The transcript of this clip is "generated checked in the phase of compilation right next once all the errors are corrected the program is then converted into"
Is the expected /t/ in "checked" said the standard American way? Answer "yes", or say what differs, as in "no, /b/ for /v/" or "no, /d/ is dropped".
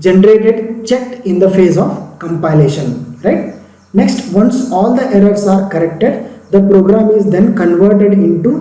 no, /t/ is dropped